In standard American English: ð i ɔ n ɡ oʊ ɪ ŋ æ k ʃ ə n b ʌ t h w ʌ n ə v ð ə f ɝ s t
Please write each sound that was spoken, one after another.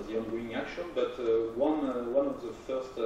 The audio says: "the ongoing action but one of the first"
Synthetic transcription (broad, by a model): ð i ɔ n ɡ oʊ ɪ ŋ æ k ʃ ə n b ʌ t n w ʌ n ə v ð ə f ɝ s t